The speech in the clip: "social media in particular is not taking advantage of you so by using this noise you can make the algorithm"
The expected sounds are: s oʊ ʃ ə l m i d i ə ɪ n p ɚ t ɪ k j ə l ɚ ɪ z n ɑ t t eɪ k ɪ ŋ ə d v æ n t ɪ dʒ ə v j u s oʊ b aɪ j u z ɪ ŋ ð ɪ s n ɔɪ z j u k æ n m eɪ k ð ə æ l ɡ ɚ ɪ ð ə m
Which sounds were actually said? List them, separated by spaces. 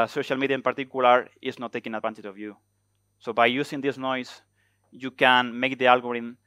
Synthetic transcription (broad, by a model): s oʊ ʃ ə l m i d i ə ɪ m p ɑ t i k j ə l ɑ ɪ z n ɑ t t eɪ k ɪ ŋ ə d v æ n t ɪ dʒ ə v j u s oʊ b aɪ j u s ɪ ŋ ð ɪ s n ɔɪ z j u k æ n m eɪ k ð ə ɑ l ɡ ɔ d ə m